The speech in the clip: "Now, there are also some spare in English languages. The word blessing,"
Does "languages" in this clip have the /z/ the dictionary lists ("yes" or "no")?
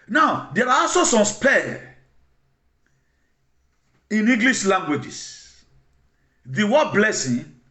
no